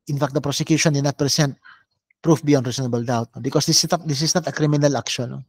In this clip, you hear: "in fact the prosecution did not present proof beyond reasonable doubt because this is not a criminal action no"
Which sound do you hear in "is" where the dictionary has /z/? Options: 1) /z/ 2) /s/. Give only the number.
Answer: 2